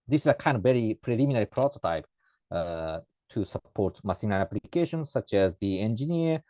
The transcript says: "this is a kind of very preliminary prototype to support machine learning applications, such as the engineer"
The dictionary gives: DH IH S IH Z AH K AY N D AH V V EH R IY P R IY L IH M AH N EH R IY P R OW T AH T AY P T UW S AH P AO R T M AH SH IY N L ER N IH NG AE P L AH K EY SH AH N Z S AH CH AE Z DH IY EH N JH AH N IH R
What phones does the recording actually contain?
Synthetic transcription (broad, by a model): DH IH S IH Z AH K AY N D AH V V EH R IY P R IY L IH M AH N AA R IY P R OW T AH T AY P T UW S AH P AO R T M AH S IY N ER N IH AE P L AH K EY SH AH N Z S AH CH AE Z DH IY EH N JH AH N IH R